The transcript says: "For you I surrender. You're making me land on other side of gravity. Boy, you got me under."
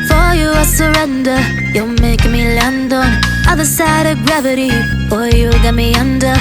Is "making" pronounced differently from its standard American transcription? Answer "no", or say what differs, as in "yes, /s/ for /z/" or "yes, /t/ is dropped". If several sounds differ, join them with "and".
yes, /k/ is dropped